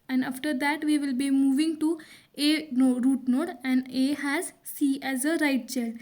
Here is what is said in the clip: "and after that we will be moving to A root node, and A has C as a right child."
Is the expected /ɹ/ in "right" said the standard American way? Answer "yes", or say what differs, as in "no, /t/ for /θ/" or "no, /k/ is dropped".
yes